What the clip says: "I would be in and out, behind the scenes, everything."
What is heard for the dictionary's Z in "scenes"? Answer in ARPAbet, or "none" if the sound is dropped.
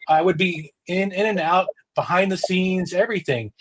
Z